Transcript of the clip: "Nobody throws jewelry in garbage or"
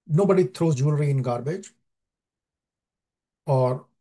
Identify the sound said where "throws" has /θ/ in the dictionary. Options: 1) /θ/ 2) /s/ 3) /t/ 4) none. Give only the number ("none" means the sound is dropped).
3